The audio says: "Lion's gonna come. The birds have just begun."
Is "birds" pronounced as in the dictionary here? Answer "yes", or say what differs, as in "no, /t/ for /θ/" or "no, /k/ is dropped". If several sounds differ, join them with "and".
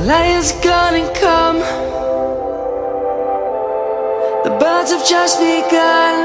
yes